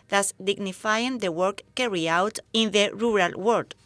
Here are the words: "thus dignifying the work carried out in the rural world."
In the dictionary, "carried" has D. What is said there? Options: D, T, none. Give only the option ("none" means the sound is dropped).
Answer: none